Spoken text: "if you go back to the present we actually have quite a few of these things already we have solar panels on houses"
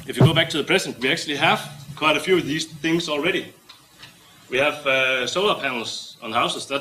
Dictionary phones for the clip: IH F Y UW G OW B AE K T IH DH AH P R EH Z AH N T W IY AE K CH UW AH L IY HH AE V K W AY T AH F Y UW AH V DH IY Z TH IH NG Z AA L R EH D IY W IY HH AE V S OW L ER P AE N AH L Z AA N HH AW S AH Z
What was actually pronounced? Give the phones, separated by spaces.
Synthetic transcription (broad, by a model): IH F Y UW G OW B AE K T IH DH AH P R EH S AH N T W IY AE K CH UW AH L IY HH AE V K W AY T AH F Y UW AH V DH IY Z TH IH NG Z AA L R EH D IY W IY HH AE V S OW L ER P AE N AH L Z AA N HH AW S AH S